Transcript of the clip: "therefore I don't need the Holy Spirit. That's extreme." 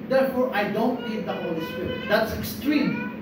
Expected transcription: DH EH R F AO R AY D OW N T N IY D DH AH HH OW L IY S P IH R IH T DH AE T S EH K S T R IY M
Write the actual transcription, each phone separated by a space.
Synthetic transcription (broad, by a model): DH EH R F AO R AY D OW N T L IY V DH AH HH OW L IY S P IH R IH T DH AE T S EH K S T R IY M